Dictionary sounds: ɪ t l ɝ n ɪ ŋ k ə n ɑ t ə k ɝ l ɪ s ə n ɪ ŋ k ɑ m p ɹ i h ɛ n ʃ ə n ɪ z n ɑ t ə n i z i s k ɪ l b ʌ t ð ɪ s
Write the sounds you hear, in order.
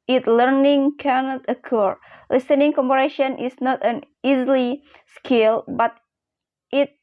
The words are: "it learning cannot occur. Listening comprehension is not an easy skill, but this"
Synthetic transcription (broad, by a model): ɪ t l ɝ n ɪ ŋ k ə n ɑ t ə k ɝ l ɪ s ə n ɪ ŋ k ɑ m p i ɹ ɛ ʃ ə n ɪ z n ɑ t ə n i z i s k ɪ l b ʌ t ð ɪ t